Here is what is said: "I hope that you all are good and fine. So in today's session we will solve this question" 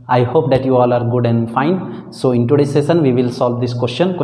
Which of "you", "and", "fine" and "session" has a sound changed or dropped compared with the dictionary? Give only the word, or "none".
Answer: session